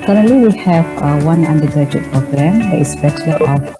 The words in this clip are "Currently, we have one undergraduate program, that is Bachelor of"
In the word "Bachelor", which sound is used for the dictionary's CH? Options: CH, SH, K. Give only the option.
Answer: SH